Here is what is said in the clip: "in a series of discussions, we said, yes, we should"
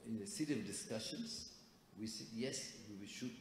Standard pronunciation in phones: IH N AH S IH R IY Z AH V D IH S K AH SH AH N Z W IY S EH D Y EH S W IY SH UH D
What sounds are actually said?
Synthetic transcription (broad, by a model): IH N AH S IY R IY AH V D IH S K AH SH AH N S W IY S EH D Y EH S W IY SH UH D